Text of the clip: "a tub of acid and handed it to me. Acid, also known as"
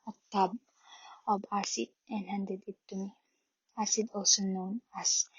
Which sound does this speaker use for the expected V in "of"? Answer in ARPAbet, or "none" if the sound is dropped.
B